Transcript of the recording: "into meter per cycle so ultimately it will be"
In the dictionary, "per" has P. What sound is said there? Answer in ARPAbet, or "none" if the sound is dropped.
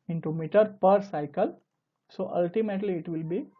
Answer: P